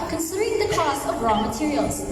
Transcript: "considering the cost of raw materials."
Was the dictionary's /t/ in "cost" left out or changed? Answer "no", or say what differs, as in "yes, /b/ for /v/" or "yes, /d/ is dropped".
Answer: yes, /t/ is dropped